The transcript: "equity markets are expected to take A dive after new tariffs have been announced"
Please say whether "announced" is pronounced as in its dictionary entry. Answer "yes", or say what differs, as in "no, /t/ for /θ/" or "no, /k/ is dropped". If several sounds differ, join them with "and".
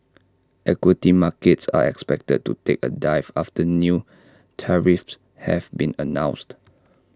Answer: yes